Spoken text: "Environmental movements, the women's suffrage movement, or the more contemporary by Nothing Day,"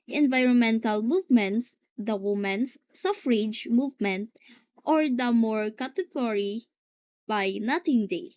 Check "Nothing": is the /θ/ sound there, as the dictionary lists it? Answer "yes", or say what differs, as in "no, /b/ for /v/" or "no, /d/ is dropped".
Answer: no, /t/ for /θ/